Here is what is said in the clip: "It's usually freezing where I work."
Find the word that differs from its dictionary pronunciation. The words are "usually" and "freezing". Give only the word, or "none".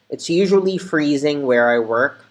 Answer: none